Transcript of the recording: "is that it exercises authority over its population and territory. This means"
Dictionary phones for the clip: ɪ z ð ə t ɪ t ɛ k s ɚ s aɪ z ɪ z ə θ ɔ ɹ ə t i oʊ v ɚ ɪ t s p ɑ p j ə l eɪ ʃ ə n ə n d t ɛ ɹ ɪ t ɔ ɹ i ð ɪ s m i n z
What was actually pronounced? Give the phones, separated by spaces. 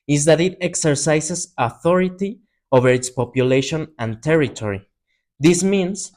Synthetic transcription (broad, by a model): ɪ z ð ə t ɪ t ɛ k s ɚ s aɪ s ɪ s ə θ ɔ ɹ ə t i oʊ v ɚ ɪ t s p ɑ p j ə l eɪ ʃ ə n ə n t ɛ ɹ ɪ t ɔ ɹ i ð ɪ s m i n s